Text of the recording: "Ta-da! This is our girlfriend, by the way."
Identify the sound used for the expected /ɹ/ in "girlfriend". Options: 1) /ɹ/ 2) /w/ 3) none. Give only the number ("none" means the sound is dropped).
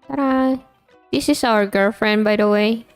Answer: 1